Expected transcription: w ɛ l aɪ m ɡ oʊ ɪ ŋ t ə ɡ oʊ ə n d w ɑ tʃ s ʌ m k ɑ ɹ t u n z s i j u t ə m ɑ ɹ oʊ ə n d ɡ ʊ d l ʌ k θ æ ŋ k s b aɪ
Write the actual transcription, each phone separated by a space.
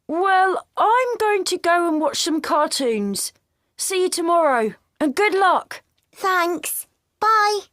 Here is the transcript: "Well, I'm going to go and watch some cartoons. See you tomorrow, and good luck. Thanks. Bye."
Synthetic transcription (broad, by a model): w ɛ l aɪ m ɡ oʊ ɪ ŋ t ə ɡ oʊ ə n w ɑ tʃ s ʌ m k ɑ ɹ t u n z s i j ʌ t ə m ɑ ɹ oʊ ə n ɡ ʊ d l ʌ k θ æ ŋ k s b aɪ